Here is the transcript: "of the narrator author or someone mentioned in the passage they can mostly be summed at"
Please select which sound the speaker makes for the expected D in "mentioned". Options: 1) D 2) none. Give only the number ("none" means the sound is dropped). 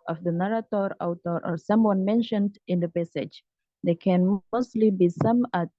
1